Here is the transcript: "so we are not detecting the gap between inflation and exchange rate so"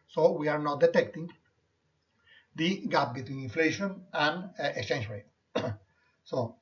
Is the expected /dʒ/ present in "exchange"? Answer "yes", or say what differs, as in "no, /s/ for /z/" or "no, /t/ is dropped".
no, /ʃ/ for /dʒ/